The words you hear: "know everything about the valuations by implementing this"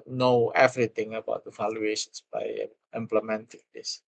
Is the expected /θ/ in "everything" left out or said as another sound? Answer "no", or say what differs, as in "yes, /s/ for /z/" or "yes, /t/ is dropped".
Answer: yes, /t/ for /θ/